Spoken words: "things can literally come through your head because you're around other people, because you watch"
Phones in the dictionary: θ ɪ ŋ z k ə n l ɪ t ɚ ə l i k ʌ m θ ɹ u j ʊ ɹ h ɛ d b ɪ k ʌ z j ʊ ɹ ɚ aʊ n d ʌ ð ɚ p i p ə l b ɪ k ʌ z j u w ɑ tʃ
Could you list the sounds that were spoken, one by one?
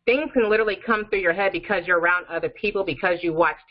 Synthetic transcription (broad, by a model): θ ɪ ŋ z k ə n l ɪ t ɚ l i k ʌ m θ ɹ u j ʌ ɹ h ɛ d b ɪ k ʌ z j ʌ ɹ ɚ aʊ n d ʌ ð ɚ p i p l b ɪ k ʌ z j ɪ w ɑ tʃ